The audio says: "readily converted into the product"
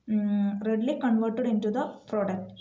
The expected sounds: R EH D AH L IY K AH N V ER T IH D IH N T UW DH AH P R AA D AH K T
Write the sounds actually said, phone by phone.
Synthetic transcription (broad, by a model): R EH D L IY K AH N V ER T IH D IH N T UW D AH P R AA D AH K T